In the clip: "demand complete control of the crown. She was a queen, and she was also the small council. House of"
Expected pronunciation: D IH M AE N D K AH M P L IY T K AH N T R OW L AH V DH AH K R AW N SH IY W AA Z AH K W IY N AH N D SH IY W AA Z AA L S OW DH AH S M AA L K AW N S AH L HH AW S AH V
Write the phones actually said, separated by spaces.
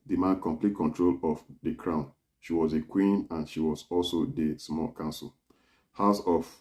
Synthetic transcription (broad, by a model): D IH M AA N K AH M P L IY T K AH N T R OW L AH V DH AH K R AW N SH IY W AA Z AH K W IY N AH N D SH IY W AA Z AA L S OW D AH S M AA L K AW N S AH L HH AW S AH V